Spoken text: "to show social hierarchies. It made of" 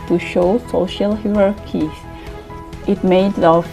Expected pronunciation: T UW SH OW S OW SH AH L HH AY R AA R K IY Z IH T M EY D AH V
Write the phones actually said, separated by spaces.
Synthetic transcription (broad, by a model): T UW SH OW S OW SH AH L HH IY R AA R K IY IH T M EY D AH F